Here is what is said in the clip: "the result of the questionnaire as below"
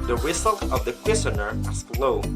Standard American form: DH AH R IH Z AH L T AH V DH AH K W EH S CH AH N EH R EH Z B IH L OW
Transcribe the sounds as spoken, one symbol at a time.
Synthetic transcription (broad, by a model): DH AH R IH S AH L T AH V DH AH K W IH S AH N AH R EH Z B L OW